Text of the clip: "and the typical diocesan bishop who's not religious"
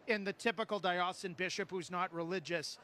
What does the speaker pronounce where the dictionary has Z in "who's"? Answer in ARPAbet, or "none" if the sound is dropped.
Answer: Z